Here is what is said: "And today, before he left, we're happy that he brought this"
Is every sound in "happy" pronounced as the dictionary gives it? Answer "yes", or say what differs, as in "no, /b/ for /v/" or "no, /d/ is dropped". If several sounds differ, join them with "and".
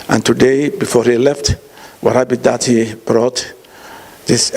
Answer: no, /b/ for /p/